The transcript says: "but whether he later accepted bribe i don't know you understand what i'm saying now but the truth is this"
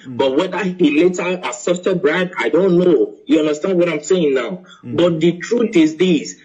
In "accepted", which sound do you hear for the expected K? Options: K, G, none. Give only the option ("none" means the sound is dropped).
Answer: none